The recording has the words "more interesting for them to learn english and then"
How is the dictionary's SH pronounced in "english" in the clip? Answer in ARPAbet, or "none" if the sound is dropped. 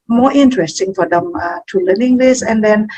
S